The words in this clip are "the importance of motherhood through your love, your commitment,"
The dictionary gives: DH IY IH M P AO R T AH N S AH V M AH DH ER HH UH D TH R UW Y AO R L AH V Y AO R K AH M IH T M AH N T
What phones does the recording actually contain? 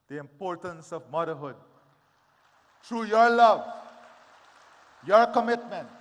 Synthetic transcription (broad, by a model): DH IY IH M P AO R T AH N S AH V M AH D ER HH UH D T R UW Y AO R L AH V Y AO R K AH M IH T M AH N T